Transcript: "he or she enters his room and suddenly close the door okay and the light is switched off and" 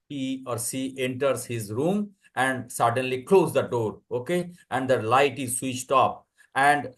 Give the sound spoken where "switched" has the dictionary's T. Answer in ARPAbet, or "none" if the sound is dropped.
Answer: T